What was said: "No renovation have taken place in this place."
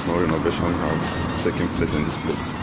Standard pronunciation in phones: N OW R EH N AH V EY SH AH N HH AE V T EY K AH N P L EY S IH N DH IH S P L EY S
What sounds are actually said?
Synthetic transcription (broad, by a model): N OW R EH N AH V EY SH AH N HH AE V S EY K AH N P L EY S IH N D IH S P L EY S